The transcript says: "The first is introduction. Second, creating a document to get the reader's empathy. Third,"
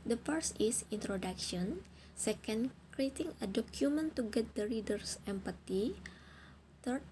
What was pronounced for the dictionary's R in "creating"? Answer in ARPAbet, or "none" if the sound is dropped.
R